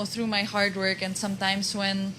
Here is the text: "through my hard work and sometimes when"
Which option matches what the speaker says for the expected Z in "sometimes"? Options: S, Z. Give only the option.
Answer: S